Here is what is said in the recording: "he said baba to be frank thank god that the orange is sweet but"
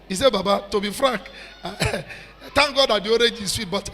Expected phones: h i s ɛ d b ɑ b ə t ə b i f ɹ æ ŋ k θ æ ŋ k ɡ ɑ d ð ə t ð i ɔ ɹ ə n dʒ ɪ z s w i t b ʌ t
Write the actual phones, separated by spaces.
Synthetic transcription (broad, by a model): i s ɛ b ɑ b ə t ə b i f ɹ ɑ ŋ k t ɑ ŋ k ɡ ɑ d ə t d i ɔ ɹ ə dʒ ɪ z s w i t b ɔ t